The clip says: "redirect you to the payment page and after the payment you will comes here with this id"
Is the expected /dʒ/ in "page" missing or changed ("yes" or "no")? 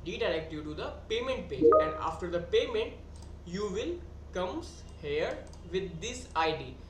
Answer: yes